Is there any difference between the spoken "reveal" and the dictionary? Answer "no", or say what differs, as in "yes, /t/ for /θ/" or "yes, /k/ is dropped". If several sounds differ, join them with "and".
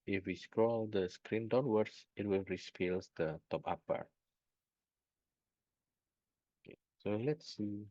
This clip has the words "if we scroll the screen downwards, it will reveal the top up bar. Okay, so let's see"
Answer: yes, /f/ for /v/